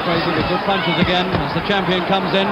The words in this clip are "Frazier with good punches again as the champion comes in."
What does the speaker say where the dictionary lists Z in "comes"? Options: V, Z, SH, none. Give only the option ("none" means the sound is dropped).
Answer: Z